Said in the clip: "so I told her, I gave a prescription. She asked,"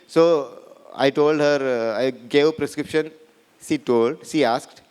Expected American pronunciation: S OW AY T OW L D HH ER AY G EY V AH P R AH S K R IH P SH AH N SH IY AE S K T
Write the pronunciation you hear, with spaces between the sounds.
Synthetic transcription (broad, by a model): S OW AY T OW L D HH ER AY G EY AH P R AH S K R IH P SH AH N SH IY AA S K T